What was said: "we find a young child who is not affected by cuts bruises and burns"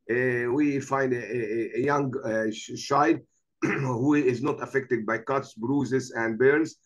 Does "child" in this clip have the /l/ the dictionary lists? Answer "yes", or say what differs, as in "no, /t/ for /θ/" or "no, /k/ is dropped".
no, /l/ is dropped